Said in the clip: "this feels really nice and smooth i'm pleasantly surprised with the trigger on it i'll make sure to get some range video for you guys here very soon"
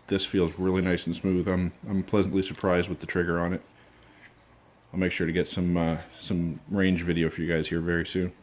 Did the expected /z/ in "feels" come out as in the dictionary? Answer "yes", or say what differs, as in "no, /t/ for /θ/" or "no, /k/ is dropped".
yes